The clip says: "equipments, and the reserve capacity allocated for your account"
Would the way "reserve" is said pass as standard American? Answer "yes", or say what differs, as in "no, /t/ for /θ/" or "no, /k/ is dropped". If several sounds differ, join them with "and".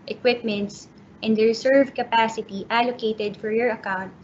no, /s/ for /z/